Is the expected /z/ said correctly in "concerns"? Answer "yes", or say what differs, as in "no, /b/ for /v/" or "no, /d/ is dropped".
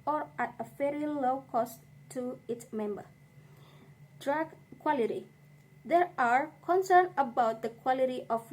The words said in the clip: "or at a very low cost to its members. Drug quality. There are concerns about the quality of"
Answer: no, /z/ is dropped